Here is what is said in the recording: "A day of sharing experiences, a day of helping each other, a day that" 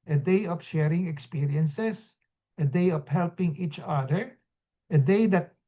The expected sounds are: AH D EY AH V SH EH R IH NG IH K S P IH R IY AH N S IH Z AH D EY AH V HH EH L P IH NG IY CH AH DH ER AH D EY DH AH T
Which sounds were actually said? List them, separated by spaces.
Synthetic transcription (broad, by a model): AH D EY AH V SH EH R IH NG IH K S P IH R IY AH N S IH S AH D EY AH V HH EH L P IH NG IY CH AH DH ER AH D EY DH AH T